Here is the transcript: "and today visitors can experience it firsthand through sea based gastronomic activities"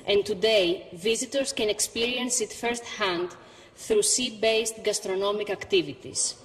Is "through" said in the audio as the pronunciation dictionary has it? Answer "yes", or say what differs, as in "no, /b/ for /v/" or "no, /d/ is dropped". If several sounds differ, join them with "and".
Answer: yes